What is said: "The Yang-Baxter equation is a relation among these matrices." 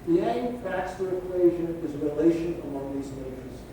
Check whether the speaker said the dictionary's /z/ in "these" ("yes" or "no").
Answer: yes